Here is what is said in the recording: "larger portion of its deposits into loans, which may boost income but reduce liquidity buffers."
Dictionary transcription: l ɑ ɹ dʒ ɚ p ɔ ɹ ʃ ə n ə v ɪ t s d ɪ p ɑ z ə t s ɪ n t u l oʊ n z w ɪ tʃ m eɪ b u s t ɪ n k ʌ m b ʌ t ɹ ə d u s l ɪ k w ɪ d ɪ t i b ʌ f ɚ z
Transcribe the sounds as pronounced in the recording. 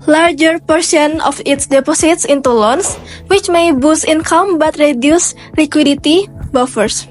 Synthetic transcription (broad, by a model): l ɑ ɹ dʒ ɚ p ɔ ɹ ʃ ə n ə f ɪ t s d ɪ p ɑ s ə t s ɪ n t u l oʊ n s w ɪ tʃ m eɪ b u s ɪ n k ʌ m b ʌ t ɹ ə d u s l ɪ k w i d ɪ t i b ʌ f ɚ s